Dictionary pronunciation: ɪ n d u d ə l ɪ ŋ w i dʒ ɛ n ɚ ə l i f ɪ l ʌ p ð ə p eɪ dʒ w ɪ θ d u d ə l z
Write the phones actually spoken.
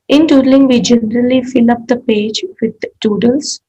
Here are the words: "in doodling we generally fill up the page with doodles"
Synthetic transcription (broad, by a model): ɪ n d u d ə l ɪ ŋ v i dʒ ɛ n ɚ ə l i f ɪ l ʌ p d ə p eɪ dʒ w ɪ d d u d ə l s